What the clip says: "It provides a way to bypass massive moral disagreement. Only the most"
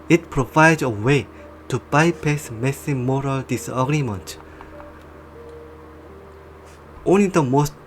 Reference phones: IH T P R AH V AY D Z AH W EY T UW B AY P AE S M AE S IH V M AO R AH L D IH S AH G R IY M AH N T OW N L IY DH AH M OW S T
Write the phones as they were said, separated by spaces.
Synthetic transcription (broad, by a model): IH T P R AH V AY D AH W EY T UW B AY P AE S M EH S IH M AO R AH L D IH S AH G R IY M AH N T OW N L IY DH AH M OW S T